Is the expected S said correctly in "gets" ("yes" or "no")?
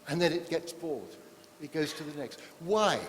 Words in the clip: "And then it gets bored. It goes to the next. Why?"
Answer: yes